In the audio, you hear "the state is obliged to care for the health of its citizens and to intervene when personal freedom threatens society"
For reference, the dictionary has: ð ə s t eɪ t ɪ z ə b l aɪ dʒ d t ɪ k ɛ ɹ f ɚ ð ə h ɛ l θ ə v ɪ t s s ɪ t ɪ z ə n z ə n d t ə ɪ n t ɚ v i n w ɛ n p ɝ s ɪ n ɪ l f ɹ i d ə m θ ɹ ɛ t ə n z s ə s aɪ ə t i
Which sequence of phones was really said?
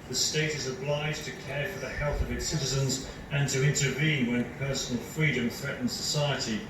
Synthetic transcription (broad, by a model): ð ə s t eɪ t ɪ z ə b l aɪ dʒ t ɪ k ɛ ɹ f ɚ ð ə h ɛ l θ ə v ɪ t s s ɪ t ɪ z ə n z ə n t ə ɪ n t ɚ v i n w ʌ n p ɝ s n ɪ l f ɹ i d ə m θ ɹ ɛ t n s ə s aɪ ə t i